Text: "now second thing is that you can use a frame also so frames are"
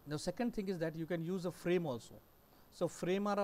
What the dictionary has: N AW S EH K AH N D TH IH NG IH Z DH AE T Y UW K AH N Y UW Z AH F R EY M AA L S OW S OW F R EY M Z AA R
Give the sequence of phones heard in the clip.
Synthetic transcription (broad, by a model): N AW S EH K AH N D T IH NG IH Z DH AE T Y UW K AH N Y UW Z AH F R EY M AA L S OW S OW F R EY M AA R